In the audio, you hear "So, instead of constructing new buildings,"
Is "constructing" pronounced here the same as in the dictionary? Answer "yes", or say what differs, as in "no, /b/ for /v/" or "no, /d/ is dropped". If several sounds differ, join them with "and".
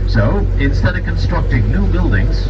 yes